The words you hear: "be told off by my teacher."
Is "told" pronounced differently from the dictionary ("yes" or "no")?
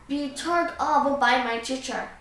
yes